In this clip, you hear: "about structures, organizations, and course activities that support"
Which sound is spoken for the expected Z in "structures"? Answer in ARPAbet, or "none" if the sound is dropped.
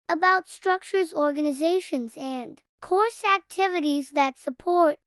Z